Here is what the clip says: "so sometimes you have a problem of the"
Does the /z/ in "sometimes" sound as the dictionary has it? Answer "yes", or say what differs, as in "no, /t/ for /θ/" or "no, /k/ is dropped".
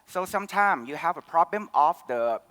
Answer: no, /z/ is dropped